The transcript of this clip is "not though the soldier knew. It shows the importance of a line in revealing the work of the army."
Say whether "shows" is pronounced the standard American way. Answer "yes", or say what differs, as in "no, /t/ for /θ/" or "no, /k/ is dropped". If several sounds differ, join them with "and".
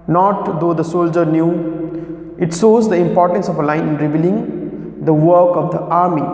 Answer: no, /s/ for /ʃ/